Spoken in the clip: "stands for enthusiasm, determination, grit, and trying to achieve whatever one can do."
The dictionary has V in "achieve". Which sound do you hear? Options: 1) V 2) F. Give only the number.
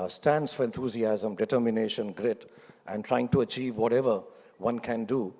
1